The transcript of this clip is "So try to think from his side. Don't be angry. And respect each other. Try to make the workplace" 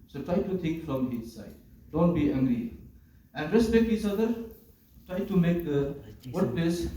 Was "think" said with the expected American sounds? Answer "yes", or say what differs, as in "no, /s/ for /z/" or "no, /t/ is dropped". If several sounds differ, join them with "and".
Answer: no, /t/ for /θ/